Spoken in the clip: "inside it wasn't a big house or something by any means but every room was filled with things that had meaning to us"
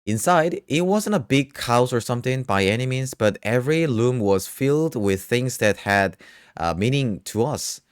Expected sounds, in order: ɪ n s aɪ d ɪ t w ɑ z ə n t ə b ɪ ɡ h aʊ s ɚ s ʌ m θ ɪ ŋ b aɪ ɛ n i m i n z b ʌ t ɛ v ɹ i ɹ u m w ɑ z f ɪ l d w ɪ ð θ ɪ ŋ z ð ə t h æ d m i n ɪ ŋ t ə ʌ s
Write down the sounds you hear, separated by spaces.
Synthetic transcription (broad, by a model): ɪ n s aɪ d ɪ t w ɑ z ə n t ə b ɪ ɡ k aʊ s ɚ s ʌ m θ ɪ ŋ b aɪ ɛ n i m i z b ʌ t ɛ v ɹ i l u m w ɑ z f ɪ l d w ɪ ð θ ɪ ŋ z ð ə t h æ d m i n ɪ ŋ t ə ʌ s